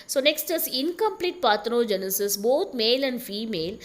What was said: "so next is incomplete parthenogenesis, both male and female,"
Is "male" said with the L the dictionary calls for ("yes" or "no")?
yes